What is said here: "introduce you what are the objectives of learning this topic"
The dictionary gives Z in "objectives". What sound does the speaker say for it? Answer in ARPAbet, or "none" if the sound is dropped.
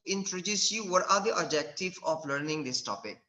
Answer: none